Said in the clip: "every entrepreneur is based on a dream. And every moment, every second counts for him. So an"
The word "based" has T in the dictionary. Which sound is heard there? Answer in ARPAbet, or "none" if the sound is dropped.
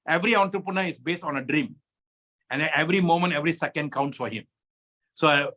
T